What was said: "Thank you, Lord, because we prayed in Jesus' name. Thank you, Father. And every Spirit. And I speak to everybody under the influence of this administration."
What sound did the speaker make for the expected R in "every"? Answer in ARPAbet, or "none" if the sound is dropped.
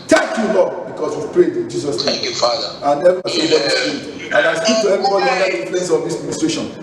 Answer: none